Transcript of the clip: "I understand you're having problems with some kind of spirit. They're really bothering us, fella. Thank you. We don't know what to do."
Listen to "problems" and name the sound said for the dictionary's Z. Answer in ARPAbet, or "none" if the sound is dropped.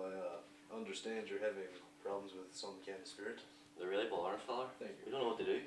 Z